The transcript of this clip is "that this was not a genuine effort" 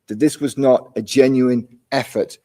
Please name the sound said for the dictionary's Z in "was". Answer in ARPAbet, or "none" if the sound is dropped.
Z